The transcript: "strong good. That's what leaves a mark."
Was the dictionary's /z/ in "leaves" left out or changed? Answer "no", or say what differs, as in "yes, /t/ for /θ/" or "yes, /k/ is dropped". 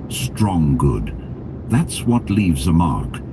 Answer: no